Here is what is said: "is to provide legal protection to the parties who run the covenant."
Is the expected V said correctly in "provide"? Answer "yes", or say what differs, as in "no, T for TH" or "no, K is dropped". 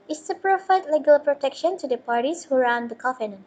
no, F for V